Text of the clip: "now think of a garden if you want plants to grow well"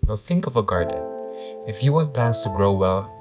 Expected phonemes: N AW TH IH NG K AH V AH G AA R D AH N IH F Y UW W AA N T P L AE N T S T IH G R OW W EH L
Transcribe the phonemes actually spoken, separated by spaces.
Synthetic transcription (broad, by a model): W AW TH IH NG K AH V AH G AA R D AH N IH F Y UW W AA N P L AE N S T IH G R OW W EH L